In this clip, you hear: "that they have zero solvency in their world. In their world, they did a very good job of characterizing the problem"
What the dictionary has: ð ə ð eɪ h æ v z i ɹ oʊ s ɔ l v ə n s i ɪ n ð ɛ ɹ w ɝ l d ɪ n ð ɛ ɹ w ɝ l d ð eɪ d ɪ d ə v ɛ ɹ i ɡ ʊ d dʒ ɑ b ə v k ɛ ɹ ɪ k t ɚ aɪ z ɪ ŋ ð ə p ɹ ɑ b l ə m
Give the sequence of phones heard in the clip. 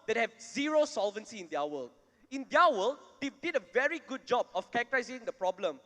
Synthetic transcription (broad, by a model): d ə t h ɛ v z i ɹ oʊ s ɔ l v ə n s i ɪ n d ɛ w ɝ l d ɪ n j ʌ w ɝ l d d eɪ d ɪ d ə v ɛ ɹ i ɡ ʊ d dʒ ɑ b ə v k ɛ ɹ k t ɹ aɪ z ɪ ŋ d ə p ɹ ɑ b l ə m